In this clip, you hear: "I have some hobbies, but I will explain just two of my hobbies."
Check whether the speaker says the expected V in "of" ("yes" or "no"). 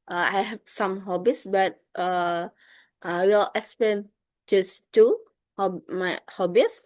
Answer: no